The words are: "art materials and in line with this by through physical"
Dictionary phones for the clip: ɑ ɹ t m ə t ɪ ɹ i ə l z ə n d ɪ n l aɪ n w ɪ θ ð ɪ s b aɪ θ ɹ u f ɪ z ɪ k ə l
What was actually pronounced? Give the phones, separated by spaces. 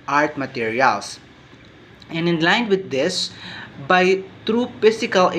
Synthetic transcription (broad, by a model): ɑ ɹ t m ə t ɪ ɹ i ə l s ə n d ɪ n l aɪ n w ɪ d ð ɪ s b aɪ t ɹ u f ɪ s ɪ k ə l